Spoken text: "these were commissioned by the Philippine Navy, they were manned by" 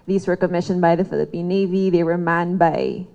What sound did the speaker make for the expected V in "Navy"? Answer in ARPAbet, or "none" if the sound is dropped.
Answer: V